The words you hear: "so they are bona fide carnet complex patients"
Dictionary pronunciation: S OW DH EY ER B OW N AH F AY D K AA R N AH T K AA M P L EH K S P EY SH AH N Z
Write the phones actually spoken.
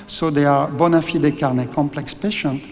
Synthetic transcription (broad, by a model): S OW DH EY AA B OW N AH F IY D K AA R N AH K AA M P L EH K S P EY SH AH N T